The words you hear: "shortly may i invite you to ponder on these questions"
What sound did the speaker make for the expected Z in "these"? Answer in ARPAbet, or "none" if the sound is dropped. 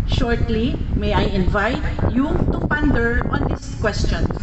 S